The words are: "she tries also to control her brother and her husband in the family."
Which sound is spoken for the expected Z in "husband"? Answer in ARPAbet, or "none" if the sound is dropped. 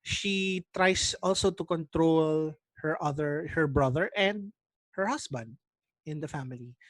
S